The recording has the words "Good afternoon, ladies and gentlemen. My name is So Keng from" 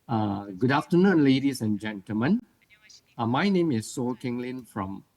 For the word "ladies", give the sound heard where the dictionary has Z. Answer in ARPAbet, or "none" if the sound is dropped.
S